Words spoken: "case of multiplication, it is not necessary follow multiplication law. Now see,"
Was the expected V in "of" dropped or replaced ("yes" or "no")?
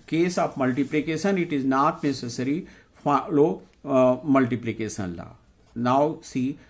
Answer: yes